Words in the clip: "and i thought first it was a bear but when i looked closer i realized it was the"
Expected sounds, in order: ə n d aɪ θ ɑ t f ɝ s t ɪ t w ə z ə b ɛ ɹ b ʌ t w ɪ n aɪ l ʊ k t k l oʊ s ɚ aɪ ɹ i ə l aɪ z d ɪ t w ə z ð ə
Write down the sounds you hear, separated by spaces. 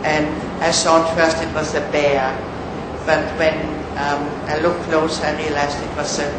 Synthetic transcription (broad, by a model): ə n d aɪ s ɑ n f ɝ s t ɪ t w ə z ə b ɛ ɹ b ʌ t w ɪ n aɪ l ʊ k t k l oʊ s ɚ aɪ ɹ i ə l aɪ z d ɪ t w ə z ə